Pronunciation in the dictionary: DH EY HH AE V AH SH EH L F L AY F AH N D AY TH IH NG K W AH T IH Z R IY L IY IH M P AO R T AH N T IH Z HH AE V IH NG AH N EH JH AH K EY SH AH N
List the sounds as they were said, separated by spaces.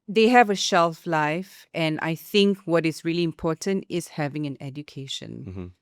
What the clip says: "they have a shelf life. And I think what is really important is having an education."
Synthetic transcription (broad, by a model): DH EY HH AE V AH SH EH L F L AY F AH N AY TH IH NG K W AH T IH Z R IY L IY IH M P AO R T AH N T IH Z HH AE V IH NG AH N EH JH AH K EY SH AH N